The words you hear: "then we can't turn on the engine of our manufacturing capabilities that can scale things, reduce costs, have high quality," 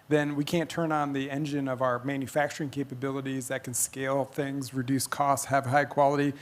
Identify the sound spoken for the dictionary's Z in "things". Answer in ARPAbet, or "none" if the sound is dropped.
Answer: Z